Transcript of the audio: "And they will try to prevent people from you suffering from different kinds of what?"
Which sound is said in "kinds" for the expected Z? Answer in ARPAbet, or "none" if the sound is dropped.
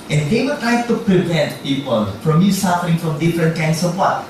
S